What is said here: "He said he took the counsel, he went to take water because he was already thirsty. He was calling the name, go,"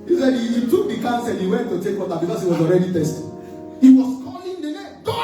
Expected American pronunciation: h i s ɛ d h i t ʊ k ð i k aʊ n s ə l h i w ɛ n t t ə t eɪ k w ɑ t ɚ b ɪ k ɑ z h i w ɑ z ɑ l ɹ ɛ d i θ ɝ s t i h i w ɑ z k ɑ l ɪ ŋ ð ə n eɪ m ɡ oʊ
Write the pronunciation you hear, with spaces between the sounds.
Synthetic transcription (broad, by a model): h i s ɛ d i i t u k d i k aʊ n s ə l h i w ɛ n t t ə t eɪ k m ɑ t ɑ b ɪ k ɑ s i w ɑ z ɑ l ɹ ɛ d i t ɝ s t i h i w ɑ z k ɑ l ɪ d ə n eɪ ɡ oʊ